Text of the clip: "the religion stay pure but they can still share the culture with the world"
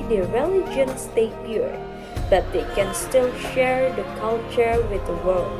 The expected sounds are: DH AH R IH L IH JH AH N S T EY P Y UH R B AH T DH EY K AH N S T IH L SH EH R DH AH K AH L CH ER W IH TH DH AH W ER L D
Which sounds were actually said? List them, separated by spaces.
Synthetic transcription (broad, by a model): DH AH R IH L IH JH AH N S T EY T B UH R B AH T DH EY K AH N S T IH L SH EH R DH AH K AH L CH ER W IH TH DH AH W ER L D